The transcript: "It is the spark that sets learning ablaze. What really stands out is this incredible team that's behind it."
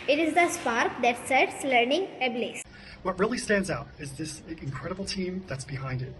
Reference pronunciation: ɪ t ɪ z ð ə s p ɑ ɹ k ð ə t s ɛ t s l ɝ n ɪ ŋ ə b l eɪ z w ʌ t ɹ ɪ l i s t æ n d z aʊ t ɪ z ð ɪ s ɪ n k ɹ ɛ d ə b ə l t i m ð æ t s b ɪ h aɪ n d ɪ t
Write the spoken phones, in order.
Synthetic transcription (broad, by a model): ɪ t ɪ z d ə s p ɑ ɹ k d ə t s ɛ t s l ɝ n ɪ ŋ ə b l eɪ s w ʌ t ɹ ɪ l i s t æ n d z aʊ t ɪ z ð ɪ s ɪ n k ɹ ɛ d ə b l t i m ð æ t s b ɪ h aɪ n d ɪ t